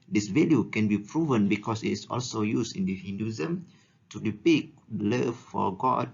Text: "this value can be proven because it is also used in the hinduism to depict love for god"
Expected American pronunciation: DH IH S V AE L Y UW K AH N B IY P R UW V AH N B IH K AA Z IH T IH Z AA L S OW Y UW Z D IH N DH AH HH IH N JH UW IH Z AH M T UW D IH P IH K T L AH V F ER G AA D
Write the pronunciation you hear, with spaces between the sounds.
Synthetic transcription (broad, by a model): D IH S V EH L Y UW K AH N B IY P R UW V AH N B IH K AA S IH T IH S AA L S OW Y UW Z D IH N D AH HH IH N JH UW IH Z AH M T UW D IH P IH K L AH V F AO G AA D